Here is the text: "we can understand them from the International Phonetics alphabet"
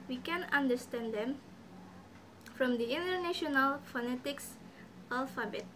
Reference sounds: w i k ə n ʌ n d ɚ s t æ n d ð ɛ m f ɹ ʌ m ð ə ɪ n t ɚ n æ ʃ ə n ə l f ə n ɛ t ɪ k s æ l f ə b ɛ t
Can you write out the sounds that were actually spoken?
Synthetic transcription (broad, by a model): w i k ə n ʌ n d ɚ s t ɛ n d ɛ m f ɹ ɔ m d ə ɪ n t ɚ n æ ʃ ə n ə l f ə n ɛ t ɪ k s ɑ l f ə b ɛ t